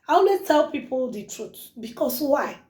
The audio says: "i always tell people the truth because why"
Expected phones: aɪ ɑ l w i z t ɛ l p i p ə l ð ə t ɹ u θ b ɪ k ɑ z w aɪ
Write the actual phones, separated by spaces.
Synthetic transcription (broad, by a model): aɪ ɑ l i t ɛ l p i p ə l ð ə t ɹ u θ b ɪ k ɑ s w aɪ